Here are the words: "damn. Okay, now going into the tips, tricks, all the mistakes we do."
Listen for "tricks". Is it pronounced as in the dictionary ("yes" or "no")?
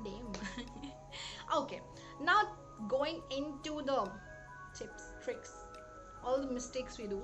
yes